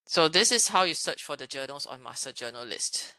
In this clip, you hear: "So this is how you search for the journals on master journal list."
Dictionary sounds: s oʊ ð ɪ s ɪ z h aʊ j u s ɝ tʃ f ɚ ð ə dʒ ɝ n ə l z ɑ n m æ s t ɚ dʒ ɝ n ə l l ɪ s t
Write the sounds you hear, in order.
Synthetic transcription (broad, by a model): s oʊ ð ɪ s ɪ s h aʊ j u s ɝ tʃ f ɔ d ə dʒ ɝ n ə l s ɑ n m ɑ s t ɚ dʒ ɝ n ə l l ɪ s t